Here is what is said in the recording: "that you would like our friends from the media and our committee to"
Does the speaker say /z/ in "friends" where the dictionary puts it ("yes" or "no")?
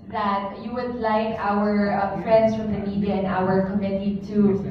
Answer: no